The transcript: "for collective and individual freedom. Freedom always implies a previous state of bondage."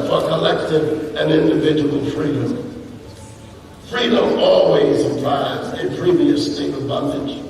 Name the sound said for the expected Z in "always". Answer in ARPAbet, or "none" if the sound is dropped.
Z